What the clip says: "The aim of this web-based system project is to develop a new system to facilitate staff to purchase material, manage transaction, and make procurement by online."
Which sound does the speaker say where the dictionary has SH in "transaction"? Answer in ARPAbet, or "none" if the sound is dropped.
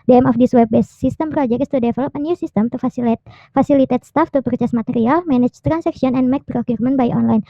S